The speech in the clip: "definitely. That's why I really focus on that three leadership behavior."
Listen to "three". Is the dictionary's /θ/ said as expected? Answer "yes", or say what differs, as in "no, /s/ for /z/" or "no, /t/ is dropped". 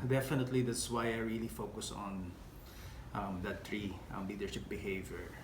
no, /t/ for /θ/